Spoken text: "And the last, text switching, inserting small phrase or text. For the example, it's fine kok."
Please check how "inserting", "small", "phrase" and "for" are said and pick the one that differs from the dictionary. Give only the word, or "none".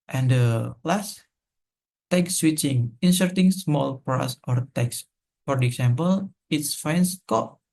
phrase